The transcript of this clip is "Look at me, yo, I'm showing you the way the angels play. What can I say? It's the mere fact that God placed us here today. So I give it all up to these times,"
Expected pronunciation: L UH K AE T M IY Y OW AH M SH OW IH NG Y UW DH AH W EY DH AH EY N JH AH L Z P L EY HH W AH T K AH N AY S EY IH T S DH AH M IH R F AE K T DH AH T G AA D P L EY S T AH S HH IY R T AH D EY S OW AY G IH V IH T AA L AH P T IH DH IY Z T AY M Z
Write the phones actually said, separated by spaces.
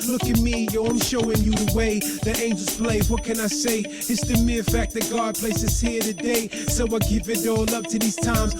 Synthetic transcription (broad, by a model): L UH K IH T M IY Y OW AH M SH OW IH NG Y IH DH AH W EY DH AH EY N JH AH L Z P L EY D W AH T K AH N AY S EY IH T S DH AH M IH R F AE K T DH AH T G AA D P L EY S AH S HH IY R T AH D EY S OW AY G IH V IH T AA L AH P T IH DH IY Z T AY M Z